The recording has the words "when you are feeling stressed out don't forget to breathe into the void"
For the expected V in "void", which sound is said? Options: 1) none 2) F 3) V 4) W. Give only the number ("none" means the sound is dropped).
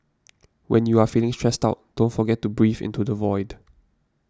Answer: 3